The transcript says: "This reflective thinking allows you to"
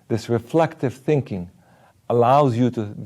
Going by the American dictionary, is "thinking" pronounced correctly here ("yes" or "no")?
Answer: yes